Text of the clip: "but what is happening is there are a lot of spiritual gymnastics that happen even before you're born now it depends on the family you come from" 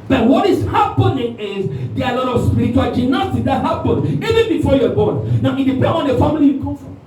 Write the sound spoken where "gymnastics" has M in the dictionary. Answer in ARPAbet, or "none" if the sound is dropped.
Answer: none